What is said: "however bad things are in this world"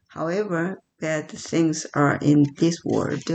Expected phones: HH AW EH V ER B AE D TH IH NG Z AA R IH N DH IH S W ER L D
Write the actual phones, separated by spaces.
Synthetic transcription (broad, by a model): HH AW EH V ER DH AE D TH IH NG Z AA R IH N DH IH S W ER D